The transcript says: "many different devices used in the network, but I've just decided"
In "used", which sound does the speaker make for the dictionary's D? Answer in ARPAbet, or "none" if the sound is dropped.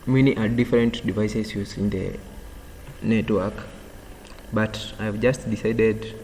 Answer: none